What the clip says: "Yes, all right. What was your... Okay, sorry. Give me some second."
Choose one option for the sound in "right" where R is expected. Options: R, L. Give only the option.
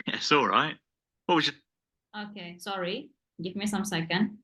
R